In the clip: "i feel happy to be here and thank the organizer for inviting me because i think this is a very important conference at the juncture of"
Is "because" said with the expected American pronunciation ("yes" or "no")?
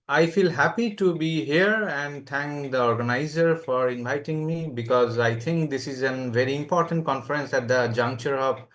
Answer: yes